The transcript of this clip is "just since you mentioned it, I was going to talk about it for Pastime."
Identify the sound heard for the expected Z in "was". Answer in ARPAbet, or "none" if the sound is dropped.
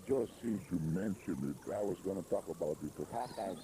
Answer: Z